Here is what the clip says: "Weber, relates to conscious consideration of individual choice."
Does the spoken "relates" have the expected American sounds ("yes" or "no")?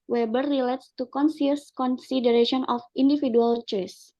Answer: yes